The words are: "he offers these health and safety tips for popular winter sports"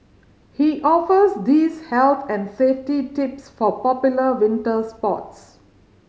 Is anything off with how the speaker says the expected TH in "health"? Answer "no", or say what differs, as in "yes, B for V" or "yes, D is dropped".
yes, T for TH